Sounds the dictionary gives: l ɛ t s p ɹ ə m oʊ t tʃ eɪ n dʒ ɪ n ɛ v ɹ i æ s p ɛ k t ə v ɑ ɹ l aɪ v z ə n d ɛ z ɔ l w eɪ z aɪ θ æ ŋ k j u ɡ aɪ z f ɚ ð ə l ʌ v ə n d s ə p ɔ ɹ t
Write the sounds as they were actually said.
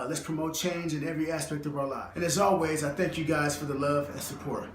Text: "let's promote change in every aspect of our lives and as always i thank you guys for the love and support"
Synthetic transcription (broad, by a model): l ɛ t s p ɹ ə m oʊ t tʃ eɪ n dʒ ɪ n ɛ v ɹ i æ s p ɛ k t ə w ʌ ɹ l aɪ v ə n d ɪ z ɔ l w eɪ z aɪ θ æ ŋ k j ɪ ɡ aɪ z f ɚ ð ə l ʌ v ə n s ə p ɔ ɹ t